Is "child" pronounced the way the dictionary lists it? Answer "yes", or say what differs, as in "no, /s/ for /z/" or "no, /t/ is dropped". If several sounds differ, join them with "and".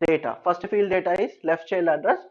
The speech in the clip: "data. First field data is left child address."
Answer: no, /d/ is dropped